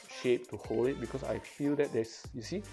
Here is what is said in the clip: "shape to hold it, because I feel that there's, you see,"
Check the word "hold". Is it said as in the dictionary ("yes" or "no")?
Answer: no